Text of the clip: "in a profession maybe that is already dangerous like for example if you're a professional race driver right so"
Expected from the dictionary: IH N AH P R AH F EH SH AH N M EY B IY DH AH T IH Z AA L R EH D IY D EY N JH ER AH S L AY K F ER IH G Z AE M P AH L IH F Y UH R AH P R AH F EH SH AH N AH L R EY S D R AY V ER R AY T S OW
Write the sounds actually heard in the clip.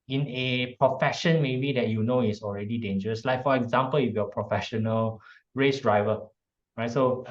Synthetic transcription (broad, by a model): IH N AH P R AH F EH SH AH N M EY B IY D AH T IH S AA L R EH D IY D EY N JH ER AH S L AY K F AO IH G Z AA M P AH L IH F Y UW AH P R AH F EH SH AH N AH L R EY S D R AY V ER R AY T S OW